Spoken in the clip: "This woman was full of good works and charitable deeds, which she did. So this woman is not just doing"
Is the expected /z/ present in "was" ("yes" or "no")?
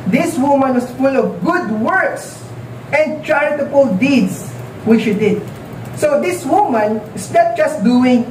no